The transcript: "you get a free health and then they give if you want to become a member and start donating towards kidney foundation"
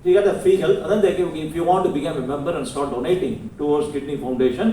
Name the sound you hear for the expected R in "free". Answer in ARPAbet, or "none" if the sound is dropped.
none